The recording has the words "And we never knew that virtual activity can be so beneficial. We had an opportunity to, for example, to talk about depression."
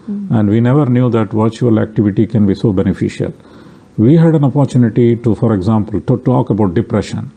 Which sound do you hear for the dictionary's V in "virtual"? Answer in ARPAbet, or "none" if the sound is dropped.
V